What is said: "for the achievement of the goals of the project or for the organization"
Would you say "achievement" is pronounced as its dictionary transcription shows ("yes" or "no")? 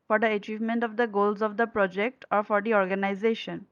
yes